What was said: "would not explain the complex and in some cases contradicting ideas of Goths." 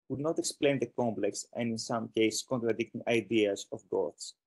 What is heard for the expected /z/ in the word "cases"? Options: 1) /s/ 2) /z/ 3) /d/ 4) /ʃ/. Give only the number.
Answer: 1